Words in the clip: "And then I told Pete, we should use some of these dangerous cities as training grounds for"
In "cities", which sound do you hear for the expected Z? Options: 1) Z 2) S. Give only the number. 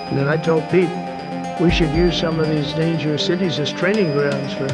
1